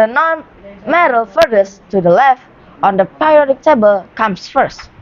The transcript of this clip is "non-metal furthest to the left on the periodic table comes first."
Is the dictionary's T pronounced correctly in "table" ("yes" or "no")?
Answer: yes